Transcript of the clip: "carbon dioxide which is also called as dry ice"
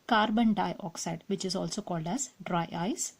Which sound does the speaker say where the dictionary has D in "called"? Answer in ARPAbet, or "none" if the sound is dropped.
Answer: D